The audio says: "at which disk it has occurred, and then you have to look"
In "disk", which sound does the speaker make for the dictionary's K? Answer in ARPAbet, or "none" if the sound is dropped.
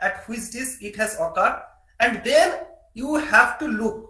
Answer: none